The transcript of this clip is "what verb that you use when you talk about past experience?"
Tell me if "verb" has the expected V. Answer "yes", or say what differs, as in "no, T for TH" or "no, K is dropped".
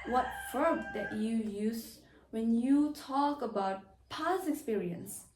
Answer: no, F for V